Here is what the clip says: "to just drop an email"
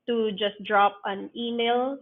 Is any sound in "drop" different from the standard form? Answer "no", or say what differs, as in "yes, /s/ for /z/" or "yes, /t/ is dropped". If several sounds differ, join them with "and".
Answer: no